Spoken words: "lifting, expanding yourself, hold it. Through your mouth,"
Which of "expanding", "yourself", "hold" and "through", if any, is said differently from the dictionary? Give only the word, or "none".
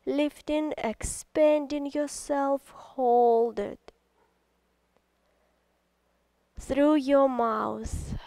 none